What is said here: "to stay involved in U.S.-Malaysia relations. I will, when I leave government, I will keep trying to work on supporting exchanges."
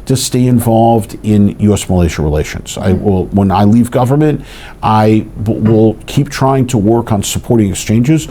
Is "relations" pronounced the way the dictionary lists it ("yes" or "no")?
yes